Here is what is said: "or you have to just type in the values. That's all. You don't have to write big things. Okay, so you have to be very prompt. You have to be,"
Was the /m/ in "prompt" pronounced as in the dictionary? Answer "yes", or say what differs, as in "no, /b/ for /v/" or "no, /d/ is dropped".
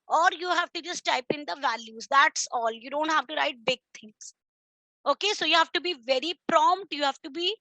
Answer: yes